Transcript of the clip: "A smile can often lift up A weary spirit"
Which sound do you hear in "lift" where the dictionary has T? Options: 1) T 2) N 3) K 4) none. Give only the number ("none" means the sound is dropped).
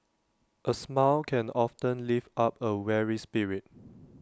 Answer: 4